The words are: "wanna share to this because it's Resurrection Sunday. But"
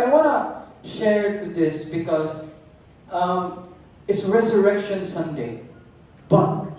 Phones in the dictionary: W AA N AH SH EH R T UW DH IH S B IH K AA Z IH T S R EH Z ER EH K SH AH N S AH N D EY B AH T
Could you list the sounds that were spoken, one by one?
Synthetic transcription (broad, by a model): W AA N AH SH EH R T UW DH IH S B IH K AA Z IH T S R EH Z ER EH K SH AH N S AH N D EY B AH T